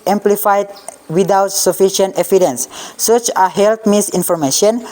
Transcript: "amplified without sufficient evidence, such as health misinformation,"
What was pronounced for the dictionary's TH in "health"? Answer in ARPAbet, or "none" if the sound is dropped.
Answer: T